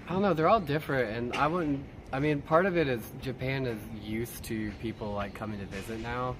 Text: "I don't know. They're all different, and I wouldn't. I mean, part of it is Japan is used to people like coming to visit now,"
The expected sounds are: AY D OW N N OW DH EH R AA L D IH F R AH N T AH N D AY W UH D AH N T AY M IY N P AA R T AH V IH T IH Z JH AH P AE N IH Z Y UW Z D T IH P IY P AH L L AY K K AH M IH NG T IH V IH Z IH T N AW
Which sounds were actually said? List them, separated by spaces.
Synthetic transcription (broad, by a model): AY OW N N OW DH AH R AA L D IH F R AH N T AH N AY W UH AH N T AY M IY N P AA R T AH V IH T IH Z JH AH P AE N IH Z Y UW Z T IH P IY P L L AY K K AH M IH NG T IH V IH Z IH T N AW